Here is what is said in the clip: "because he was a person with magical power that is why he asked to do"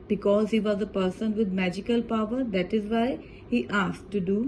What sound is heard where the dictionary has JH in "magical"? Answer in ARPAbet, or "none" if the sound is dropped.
JH